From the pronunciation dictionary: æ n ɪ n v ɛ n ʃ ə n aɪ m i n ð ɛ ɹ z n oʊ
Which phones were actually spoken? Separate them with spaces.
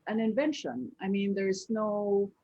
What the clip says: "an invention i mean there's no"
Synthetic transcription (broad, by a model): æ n ɪ n v ɛ n ʃ ə n aɪ m i n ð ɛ ɹ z n oʊ